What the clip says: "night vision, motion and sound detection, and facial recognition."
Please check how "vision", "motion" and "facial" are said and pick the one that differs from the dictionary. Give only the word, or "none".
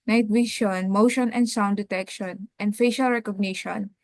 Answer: vision